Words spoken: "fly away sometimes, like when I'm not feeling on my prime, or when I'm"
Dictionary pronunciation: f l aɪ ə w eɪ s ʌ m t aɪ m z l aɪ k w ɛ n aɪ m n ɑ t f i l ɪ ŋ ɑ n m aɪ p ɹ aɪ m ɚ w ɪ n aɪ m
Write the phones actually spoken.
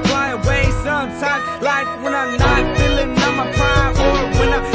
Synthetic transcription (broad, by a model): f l aɪ ə w eɪ s ʌ m t aɪ m z l aɪ k w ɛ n aɪ m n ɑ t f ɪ l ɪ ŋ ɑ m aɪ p aɪ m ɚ w ɪ n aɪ